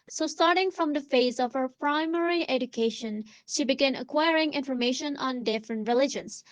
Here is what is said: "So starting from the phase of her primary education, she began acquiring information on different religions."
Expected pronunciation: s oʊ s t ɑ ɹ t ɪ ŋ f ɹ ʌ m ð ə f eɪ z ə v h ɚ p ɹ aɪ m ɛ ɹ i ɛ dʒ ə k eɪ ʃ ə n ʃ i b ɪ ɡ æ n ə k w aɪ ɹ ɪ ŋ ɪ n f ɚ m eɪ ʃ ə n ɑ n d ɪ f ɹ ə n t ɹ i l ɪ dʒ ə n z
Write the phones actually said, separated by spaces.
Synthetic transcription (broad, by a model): s oʊ s t ɑ ɹ t ɪ ŋ f ɹ ʌ m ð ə f eɪ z ə v h ɚ p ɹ aɪ m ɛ ɹ i ɛ dʒ ə k eɪ ʃ ə n ʃ i b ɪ ɡ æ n ə k w aɪ ɹ ɪ ŋ ɪ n f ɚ m eɪ ʃ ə n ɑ n d ɪ f ɹ ə n t ɹ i l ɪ dʒ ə n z